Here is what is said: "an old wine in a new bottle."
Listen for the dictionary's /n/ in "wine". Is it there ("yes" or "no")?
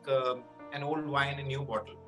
no